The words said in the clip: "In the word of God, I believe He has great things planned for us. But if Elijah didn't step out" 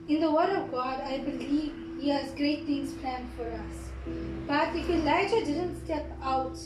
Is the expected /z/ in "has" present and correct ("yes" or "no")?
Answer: yes